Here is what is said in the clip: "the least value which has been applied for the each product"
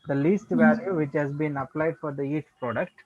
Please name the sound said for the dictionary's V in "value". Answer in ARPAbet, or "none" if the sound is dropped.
V